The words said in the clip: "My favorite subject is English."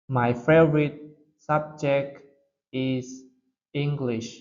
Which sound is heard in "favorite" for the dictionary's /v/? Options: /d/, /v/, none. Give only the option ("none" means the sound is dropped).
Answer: none